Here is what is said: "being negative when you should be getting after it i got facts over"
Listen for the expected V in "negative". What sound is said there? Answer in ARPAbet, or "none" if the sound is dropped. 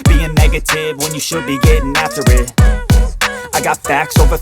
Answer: V